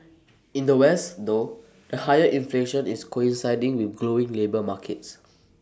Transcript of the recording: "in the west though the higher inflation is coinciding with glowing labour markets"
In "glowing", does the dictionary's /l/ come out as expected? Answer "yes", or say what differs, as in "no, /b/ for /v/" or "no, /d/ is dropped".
yes